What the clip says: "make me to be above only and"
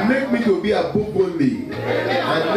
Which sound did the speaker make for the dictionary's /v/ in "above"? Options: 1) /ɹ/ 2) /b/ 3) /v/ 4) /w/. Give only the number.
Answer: 2